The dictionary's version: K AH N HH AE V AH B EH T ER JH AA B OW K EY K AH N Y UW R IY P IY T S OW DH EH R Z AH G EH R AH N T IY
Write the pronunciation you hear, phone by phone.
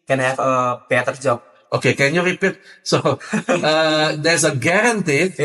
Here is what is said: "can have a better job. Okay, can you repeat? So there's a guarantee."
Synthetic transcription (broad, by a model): K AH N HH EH F AH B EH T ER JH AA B OW K EY K AH N Y UW R IY P IY T S OW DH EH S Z AH G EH R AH N T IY